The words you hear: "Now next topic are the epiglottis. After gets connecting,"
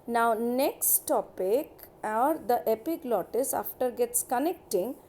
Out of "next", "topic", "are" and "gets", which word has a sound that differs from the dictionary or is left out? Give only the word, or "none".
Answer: none